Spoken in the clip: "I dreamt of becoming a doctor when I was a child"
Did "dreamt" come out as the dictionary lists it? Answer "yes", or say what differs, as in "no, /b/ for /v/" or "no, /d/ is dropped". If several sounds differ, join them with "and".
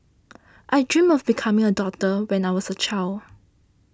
no, /t/ is dropped